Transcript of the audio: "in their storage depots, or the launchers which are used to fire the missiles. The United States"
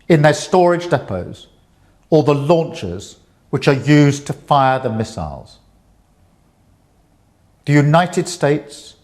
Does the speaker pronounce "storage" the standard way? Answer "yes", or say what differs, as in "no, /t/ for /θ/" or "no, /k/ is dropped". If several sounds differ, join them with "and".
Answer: yes